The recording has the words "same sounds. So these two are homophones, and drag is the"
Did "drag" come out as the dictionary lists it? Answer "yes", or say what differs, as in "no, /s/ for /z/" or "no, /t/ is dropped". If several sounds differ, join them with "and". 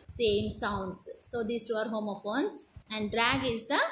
yes